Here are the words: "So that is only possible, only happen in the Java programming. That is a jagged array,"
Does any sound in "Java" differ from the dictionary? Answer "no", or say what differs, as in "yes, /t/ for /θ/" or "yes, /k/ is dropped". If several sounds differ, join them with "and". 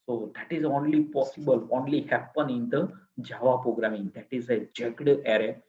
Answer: no